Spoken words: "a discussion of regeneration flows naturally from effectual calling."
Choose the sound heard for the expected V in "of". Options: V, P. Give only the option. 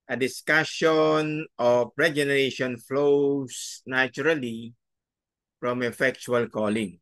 P